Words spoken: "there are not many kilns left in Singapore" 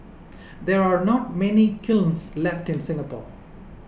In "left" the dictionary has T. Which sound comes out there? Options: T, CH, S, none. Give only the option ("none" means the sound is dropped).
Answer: T